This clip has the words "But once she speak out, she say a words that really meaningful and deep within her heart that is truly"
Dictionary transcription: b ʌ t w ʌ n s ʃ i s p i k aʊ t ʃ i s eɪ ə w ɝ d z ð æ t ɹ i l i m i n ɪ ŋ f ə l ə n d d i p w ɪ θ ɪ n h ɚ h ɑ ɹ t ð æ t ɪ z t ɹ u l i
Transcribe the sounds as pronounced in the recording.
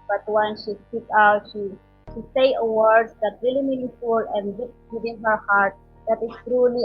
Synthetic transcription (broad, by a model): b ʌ t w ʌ n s ʃ i s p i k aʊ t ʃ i s eɪ ə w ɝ d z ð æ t ɹ i l i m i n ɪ f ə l ə n d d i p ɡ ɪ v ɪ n h ɚ h ɑ ɹ t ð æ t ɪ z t ɹ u l i